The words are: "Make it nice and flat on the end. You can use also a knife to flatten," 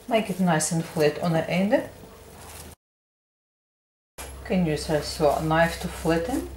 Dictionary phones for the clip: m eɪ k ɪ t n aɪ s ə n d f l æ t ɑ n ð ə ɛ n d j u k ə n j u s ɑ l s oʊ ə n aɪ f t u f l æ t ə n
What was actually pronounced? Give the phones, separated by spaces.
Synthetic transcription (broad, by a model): m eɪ k ɪ t n aɪ s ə n f l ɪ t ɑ n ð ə ɛ n d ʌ k ə n j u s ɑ s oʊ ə n aɪ f t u f l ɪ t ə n